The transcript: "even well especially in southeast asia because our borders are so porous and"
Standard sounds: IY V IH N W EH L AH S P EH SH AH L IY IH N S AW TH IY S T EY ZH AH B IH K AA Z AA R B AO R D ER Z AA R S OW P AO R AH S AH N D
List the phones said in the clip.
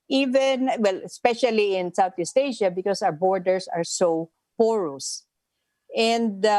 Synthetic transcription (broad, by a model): IY V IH N W EH L AH S P EH SH AH L IY IH N S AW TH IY S T EY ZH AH B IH K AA S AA W B AO R D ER S AA R S OW P AO R AH S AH N D